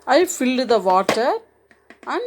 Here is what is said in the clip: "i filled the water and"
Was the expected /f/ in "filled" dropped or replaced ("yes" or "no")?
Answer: no